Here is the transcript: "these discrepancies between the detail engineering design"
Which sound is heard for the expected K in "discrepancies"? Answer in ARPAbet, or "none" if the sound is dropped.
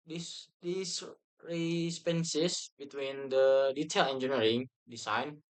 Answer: none